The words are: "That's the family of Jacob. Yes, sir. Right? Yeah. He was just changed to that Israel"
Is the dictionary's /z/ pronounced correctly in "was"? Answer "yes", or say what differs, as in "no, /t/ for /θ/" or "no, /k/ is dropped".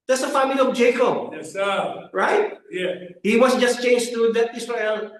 no, /s/ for /z/